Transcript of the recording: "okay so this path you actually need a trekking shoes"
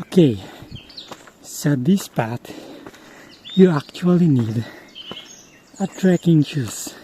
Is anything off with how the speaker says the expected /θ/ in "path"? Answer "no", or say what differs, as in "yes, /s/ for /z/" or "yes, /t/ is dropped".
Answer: yes, /t/ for /θ/